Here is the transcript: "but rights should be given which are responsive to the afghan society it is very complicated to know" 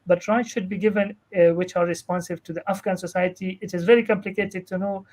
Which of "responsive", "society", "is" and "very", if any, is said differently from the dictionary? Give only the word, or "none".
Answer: none